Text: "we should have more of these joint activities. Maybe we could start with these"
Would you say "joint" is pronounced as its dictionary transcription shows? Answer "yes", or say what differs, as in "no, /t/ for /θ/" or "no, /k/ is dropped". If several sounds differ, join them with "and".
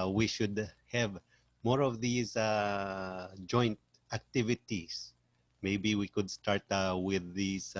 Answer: yes